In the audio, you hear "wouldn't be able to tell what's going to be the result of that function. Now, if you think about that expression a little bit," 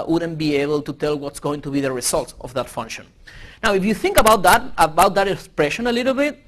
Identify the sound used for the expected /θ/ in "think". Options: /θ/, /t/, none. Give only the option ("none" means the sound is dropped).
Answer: /θ/